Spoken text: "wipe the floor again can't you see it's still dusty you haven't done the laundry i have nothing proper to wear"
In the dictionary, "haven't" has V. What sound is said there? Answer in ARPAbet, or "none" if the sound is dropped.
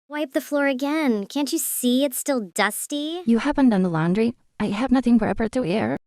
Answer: P